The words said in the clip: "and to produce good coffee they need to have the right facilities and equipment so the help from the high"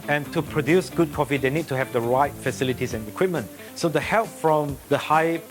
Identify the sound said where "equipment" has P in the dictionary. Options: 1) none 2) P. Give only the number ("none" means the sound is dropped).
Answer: 2